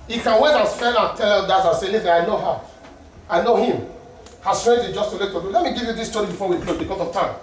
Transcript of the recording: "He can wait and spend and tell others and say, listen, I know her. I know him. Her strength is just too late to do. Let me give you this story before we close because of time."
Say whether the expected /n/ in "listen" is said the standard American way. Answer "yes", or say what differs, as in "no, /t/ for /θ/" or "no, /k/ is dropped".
no, /n/ is dropped